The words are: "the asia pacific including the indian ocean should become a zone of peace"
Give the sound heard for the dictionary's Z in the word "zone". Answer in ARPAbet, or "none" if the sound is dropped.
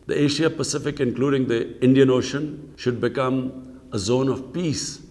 Z